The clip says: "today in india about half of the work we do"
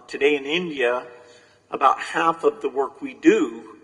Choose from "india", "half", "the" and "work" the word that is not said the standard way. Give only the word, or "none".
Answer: none